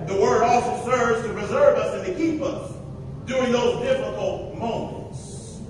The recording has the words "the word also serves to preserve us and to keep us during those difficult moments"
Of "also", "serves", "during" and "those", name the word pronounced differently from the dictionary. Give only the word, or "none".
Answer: none